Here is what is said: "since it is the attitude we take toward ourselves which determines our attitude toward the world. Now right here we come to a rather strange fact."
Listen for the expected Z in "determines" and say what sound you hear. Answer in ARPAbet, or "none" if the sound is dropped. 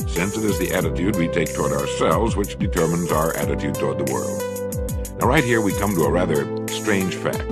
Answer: Z